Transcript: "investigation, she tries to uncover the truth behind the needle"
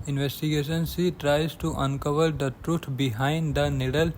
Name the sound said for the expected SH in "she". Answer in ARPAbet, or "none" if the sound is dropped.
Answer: S